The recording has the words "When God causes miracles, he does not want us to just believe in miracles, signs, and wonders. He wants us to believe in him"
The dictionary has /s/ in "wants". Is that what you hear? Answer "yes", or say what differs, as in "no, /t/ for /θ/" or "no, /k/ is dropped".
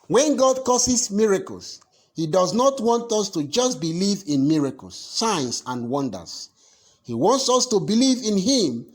yes